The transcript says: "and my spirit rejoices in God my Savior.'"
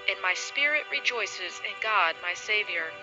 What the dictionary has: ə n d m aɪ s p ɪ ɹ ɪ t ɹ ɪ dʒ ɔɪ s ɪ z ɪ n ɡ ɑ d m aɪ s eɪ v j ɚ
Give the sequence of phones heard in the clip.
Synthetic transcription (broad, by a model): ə n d m aɪ s p ɪ ɹ ɪ t ɹ ɪ dʒ ɔɪ s ɪ z ɪ n ɡ ɑ d m aɪ s eɪ v j ɚ